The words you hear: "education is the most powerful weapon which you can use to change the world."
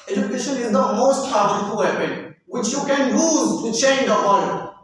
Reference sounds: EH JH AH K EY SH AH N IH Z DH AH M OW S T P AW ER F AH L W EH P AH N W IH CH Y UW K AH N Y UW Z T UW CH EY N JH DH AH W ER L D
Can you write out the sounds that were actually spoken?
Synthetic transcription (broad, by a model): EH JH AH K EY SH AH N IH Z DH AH M OW S T B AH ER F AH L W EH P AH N W IH CH Y UW K AH N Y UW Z T UW CH EY N JH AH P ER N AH